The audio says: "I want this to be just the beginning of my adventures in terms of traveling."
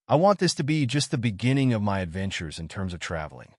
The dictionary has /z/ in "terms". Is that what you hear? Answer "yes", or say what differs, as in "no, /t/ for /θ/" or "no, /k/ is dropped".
yes